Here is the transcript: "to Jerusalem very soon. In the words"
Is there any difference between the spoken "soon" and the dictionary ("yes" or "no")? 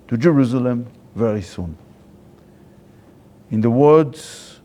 no